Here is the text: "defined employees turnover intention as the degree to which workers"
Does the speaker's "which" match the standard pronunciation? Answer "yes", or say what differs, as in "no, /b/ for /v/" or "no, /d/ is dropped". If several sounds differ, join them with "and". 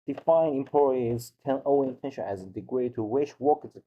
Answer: no, /ʃ/ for /tʃ/